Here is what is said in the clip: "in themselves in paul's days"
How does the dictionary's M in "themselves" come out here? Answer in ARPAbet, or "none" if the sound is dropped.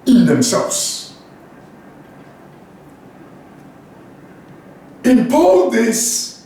M